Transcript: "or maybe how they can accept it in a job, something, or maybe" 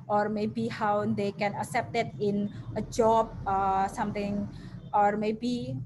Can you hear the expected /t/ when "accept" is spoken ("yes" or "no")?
yes